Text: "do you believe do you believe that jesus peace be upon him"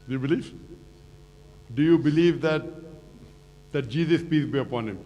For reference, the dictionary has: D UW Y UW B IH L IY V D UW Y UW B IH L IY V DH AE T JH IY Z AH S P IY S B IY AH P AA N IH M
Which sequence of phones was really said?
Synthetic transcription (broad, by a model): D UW Y UW B IH L IY V D UW Y UW B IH L IY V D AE T JH IY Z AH S P IY S B IY AH P AA N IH M